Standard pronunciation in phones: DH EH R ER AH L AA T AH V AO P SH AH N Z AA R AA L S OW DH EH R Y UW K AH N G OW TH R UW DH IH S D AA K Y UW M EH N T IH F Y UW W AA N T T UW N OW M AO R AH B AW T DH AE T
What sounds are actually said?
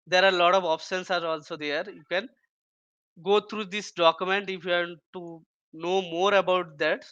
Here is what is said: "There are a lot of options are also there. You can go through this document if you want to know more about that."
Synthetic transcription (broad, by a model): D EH R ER AH L AA T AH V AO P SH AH N S AA R AA L S OW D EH R Y UW K AH N G OW T R UW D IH S D AA K Y UW M EH N T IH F Y UW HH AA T T UW N OW M AO R AH B AW T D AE T